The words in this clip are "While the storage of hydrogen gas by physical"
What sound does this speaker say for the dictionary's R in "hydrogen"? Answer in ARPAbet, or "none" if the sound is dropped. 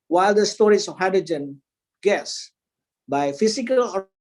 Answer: none